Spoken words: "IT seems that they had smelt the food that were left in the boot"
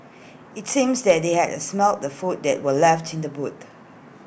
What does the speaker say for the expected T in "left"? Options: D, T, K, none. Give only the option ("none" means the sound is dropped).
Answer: T